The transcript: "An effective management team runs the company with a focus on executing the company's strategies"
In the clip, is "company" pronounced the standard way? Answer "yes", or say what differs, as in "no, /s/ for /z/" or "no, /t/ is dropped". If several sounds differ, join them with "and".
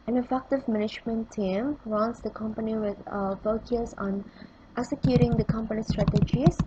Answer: yes